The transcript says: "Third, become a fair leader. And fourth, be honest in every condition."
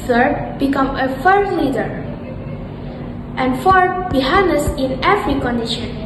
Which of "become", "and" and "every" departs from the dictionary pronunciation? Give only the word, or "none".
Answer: every